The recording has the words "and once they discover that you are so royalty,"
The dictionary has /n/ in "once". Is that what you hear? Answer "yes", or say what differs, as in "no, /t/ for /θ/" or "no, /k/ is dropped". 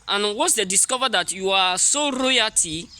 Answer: no, /n/ is dropped